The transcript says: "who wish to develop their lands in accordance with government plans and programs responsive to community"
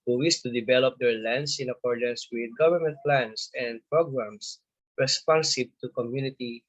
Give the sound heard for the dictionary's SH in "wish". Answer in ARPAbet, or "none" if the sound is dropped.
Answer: S